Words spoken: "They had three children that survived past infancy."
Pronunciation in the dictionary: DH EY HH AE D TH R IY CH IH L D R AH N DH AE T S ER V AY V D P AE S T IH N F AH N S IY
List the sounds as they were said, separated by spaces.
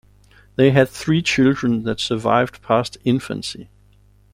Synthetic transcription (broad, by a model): DH EY HH AE D TH R IY CH IH L D R AH N DH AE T S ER V AY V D P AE S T IH N F AH N S IY